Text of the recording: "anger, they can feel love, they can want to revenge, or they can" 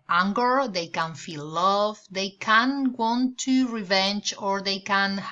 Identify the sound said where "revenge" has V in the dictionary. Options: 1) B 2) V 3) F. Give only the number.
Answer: 2